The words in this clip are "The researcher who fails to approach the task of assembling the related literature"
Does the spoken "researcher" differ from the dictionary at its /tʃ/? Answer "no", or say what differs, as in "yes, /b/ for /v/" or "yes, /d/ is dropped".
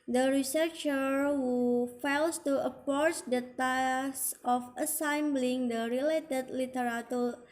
no